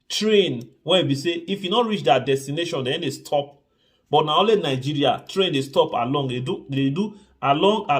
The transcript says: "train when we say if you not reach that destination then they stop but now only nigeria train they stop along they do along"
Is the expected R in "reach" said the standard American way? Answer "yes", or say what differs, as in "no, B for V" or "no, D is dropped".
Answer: yes